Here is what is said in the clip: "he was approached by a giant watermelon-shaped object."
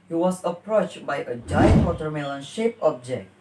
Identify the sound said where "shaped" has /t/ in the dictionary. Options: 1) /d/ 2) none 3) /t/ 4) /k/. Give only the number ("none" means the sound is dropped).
2